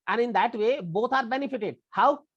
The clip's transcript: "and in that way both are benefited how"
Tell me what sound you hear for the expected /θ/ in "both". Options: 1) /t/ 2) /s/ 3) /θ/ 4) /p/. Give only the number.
1